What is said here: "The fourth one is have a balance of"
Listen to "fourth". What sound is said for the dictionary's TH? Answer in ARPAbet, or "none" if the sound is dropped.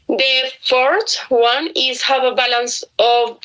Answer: T